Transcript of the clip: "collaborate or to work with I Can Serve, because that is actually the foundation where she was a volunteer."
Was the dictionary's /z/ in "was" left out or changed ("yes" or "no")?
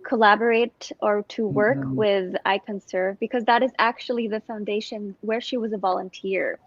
no